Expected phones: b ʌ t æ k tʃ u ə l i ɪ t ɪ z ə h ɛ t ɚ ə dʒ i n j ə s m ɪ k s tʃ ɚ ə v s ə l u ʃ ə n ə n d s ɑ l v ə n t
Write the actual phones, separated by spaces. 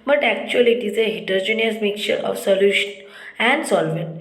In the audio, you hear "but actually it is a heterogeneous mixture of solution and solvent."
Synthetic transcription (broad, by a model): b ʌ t æ k tʃ u ə l i t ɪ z ə h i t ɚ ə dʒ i n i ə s m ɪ k tʃ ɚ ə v s ə l u ʃ ə n ə n d s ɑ l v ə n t